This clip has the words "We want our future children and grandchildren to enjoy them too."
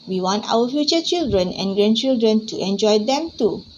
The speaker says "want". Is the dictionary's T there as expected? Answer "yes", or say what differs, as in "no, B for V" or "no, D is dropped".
yes